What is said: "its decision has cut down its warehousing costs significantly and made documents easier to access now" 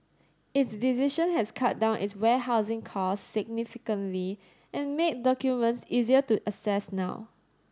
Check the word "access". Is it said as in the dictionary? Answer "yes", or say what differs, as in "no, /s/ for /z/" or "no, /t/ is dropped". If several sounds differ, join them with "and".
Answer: no, /k/ is dropped